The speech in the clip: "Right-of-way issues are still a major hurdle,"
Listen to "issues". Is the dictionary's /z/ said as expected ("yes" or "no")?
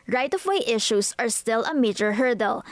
no